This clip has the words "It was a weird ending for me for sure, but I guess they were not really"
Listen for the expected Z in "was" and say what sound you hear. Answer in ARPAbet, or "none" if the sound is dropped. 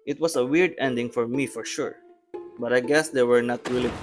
S